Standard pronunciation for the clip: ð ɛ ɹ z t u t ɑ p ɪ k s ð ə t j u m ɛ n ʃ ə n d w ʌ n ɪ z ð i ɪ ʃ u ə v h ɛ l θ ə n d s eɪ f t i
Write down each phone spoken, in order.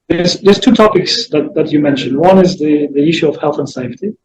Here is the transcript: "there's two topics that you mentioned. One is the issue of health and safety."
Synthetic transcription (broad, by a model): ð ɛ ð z t u t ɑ p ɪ k s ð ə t j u m ɛ n ʃ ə n d w ʌ n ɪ z ð i ɪ ʃ u ə v h ɛ l θ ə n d s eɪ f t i